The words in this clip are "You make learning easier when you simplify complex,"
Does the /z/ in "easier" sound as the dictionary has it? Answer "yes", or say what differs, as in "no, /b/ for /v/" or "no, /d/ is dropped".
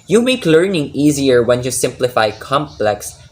yes